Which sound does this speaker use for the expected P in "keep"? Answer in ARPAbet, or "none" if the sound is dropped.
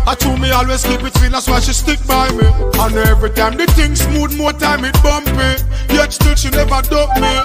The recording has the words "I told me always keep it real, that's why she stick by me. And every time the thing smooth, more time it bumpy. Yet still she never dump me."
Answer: B